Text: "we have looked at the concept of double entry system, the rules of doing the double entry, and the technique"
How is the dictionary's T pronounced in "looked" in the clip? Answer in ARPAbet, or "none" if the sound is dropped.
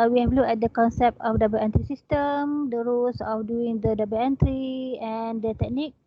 none